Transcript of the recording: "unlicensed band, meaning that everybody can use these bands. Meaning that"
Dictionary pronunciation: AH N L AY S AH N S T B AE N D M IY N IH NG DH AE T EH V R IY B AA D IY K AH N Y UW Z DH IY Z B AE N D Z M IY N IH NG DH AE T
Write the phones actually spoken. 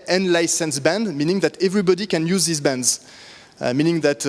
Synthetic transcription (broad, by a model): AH N L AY S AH N S B AE N D M IY N IH NG DH AE T EH V R IY B AA D IY K AH N Y UW Z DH IY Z B AE N D Z M IY N IH NG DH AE T